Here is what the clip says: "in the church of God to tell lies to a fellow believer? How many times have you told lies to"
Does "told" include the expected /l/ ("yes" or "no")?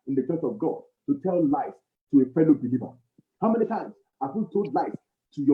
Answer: no